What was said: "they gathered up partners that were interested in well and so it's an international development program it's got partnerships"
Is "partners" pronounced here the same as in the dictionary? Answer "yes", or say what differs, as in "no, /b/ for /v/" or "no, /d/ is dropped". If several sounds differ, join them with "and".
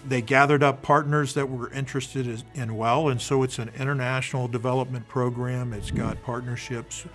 yes